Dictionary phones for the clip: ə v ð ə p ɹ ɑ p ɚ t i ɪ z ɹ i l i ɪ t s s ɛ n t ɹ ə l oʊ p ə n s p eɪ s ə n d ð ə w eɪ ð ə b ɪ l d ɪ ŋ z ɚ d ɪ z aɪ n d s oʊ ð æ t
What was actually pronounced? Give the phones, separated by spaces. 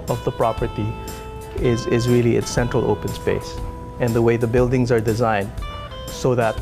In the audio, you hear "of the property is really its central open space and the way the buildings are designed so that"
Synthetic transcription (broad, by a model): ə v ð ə p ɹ ɑ p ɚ t i ɪ z ɹ i l i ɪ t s s ɛ n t ɹ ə l oʊ p ə n s p eɪ s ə n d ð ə w eɪ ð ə b ɪ l d ɪ ŋ z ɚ d ɪ z aɪ n d s oʊ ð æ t